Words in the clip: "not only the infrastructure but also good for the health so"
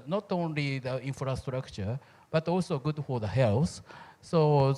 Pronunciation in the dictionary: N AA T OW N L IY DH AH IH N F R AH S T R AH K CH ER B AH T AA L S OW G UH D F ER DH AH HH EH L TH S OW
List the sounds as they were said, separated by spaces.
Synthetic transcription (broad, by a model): N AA T OW N L IY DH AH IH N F R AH S T R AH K CH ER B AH T AA L S OW G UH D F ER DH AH HH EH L S S OW